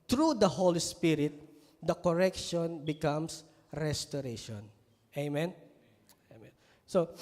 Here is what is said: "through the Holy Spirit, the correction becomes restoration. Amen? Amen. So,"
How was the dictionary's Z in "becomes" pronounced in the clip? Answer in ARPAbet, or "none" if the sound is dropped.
S